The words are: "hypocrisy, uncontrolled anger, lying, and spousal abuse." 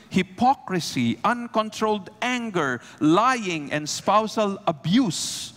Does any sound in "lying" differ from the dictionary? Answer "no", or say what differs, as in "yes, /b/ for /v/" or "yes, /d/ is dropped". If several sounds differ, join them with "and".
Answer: no